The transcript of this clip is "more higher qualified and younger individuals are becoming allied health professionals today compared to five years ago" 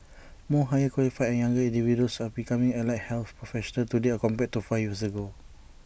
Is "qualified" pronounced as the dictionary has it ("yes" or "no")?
no